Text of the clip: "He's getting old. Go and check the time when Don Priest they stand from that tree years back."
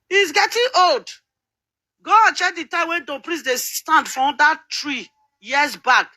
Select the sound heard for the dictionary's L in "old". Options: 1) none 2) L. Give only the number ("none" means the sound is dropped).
2